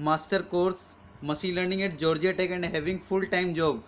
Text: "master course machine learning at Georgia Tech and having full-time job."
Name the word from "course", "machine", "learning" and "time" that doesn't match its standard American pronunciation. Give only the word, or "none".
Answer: machine